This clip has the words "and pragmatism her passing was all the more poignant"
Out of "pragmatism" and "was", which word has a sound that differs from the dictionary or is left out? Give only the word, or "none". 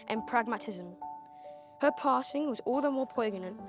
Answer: none